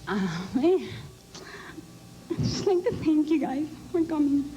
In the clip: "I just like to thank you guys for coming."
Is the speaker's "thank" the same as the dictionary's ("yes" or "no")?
no